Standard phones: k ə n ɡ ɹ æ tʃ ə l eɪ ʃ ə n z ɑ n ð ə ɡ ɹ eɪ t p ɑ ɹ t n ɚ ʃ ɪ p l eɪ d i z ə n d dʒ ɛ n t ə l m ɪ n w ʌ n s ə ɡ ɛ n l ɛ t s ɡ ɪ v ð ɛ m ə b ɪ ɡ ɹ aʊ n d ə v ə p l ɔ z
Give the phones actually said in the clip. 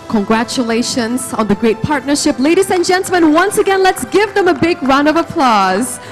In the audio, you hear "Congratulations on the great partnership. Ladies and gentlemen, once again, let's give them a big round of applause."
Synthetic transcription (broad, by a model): k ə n ɡ ɹ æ tʃ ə l eɪ ʃ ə n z ɑ n ð ə ɡ ɹ eɪ t p ɑ ɹ t n ɚ ʃ ɪ p l eɪ d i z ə n dʒ ɛ n t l m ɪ n w ʌ n s ə ɡ ɛ n l ɛ t s ɡ ɪ v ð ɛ m ə b ɪ ɡ ɹ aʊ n ə v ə p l ɔ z